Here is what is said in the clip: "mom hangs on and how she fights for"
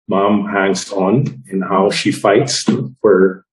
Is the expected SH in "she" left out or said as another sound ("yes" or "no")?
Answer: no